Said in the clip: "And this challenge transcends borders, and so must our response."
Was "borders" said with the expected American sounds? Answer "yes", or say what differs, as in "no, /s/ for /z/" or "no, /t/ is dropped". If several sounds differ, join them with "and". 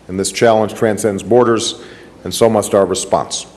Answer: yes